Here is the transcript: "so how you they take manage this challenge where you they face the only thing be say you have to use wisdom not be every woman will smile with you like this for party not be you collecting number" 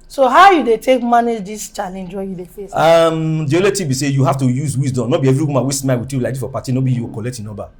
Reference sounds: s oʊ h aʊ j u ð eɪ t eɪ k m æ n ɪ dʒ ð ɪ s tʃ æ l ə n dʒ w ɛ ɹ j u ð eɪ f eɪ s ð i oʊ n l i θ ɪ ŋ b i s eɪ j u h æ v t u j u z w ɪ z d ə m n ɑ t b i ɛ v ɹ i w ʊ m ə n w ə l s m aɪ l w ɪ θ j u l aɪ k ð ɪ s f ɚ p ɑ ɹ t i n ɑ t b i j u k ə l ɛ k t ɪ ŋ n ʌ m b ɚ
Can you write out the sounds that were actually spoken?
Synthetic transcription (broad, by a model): s oʊ h aʊ j u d eɪ t eɪ k m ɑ n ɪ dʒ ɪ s tʃ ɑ l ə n dʒ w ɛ j u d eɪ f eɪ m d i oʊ l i t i b i s eɪ j u h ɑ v t u j u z w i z d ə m n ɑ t b i ɛ v ɹ i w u m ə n w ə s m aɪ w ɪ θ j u l aɪ k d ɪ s f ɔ p ɑ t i n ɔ b i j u k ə l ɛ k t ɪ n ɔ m b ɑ